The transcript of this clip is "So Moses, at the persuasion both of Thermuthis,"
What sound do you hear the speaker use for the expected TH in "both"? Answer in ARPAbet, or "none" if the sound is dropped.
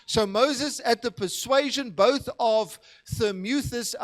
TH